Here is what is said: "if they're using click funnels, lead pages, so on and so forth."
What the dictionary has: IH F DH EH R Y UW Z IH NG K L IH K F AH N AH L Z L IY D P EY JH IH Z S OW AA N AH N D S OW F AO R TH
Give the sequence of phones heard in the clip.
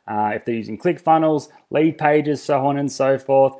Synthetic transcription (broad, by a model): IH F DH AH R Y UW Z IH NG K L IH K F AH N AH L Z L IY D P EY JH IH Z S OW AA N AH N S OW F AO R TH